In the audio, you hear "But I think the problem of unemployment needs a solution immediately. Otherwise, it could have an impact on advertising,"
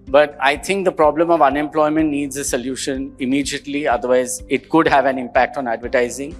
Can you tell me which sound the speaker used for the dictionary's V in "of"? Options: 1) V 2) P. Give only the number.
1